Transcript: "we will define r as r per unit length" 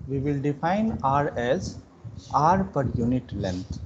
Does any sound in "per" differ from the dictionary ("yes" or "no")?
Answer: no